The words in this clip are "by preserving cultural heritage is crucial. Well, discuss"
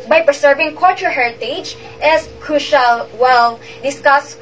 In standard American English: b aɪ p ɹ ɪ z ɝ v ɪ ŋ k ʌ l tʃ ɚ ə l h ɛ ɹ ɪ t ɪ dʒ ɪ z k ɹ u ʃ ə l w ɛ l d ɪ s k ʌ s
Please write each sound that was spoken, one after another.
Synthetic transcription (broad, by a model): b aɪ p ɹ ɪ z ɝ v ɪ ŋ k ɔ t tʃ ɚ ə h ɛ ɹ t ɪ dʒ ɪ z k ɹ u ʃ ə l w ɛ l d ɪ s k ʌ s